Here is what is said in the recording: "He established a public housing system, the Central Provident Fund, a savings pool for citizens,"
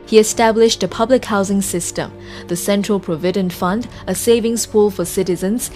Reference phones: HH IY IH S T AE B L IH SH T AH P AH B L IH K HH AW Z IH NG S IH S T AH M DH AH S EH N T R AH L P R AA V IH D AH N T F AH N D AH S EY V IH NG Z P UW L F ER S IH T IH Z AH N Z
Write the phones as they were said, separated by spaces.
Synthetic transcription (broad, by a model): HH IY IH S T AE B L IH SH T AH P AH B L IH K HH AW Z IH NG S IH S T AH M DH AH S EH N T R AH L P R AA V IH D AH N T F AH N D AH S EY V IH NG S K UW L F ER S IH T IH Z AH N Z